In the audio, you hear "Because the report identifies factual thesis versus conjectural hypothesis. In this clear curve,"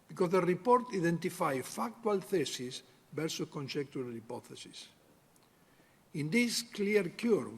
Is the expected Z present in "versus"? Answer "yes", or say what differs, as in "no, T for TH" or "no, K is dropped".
no, Z is dropped